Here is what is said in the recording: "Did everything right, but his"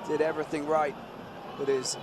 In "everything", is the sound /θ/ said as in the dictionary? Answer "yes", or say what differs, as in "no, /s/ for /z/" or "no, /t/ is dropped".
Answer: yes